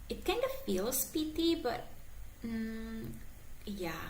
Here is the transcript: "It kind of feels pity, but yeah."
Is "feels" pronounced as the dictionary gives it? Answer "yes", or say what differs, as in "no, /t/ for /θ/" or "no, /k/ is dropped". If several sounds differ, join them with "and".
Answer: no, /s/ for /z/